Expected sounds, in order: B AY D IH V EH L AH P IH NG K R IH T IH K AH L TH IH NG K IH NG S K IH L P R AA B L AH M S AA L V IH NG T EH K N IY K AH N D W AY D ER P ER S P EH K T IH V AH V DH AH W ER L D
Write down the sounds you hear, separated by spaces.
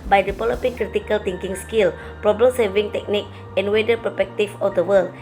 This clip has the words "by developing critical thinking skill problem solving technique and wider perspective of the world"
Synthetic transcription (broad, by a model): B AY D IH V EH L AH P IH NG K R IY T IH K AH L T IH NG K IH NG S K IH L P R AA B L AH M S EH V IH NG T EH K N IY K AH N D W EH D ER P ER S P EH K T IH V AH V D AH W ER L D